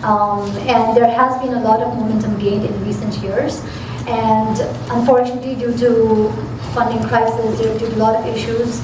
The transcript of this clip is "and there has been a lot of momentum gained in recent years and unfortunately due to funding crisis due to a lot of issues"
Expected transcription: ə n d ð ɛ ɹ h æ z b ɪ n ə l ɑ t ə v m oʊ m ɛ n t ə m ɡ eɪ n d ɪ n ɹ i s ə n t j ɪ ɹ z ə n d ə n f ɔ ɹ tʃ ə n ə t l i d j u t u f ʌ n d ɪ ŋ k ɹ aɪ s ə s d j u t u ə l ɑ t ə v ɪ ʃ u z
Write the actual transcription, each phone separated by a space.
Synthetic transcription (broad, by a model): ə n d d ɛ ɹ h æ z b ɪ n ə l ɑ t ə v m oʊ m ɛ n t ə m ɡ eɪ n d ɪ n ɹ i s ə n t j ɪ ɹ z ə n d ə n f ɔ ɹ tʃ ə n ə t l i d j u t u f ʌ n d ɪ ŋ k ɹ aɪ s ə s d j u t u l ɑ t ə v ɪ ʃ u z